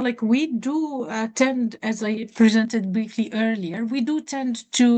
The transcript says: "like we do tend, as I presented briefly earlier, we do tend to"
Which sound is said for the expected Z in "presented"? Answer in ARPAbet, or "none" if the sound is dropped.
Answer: Z